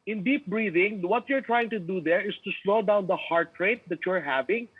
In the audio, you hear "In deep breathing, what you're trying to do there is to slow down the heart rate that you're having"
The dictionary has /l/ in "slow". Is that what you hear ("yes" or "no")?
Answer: yes